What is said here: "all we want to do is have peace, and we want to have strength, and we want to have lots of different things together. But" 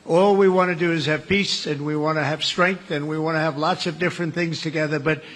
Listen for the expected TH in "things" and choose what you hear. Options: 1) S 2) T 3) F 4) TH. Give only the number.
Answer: 4